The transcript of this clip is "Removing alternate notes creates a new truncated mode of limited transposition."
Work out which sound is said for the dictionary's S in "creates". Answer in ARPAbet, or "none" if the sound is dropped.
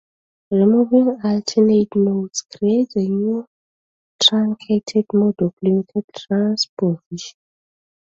none